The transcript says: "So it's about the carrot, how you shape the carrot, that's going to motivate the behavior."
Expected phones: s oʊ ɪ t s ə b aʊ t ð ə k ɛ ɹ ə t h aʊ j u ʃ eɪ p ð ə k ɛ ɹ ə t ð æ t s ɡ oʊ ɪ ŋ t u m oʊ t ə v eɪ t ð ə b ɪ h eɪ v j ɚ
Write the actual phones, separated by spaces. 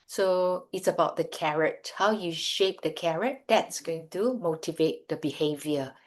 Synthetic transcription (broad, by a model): s oʊ ɪ t s ə b aʊ t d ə k ɛ ɹ ə t h aʊ j u ʃ eɪ p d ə k ɛ ɹ ə t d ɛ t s ɡ oʊ ɪ ŋ t u m oʊ t ə v eɪ t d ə b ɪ h eɪ v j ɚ